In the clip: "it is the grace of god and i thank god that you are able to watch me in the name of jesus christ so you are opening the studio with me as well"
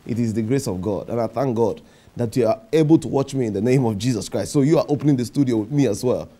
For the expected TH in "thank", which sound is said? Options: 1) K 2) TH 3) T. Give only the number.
2